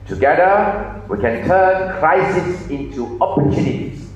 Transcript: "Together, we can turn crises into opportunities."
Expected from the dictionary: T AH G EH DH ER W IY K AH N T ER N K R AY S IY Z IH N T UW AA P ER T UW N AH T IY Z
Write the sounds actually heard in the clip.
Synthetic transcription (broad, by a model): T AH G EH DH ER W IY K AH N T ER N K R AY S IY S IH N T UW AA P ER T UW N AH T IY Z